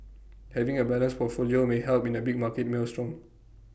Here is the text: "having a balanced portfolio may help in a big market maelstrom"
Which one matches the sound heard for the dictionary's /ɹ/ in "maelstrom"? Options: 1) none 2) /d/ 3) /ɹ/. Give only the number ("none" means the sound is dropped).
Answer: 3